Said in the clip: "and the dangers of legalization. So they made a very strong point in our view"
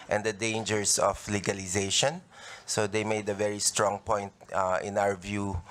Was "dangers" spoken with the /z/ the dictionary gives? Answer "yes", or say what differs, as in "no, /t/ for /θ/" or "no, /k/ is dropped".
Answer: no, /s/ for /z/